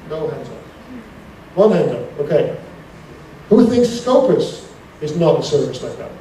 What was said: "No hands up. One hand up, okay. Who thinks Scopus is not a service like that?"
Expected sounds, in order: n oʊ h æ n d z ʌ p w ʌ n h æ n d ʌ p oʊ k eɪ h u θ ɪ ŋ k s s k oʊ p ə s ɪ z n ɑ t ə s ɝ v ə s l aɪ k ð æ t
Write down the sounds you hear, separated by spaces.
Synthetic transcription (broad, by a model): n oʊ h æ n d z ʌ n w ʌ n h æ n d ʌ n oʊ k eɪ h u θ ɪ ŋ k s s k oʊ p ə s ɪ z n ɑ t ə s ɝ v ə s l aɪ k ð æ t